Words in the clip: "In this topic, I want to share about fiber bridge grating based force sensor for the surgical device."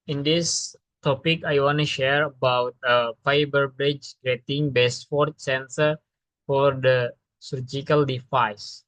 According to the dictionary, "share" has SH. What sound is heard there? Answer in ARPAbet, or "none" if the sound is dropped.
SH